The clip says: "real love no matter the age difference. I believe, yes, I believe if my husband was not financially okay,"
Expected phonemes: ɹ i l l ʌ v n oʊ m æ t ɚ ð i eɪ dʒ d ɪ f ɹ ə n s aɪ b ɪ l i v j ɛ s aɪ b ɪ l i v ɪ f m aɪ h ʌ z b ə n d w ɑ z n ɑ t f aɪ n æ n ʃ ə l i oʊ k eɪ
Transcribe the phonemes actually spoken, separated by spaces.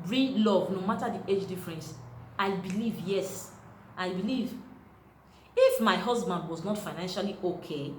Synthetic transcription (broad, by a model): ɹ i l l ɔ v n oʊ m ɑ t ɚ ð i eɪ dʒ d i f ɹ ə n s aɪ b ɪ l i v j ɛ s aɪ b ɪ l i v ɪ f m aɪ h ʌ z b ə n d w ɑ z n ɑ t f aɪ n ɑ n ʃ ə l i oʊ k eɪ